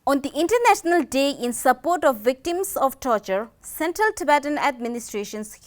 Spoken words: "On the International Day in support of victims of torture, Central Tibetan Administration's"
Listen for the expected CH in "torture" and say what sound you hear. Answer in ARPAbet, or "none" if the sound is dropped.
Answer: CH